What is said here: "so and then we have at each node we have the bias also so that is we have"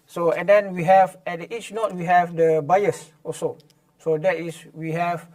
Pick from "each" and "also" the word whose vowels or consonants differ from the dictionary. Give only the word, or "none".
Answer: also